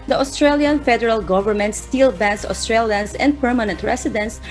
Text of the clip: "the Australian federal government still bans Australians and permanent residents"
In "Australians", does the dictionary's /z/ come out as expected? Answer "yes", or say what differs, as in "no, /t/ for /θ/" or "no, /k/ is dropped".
no, /s/ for /z/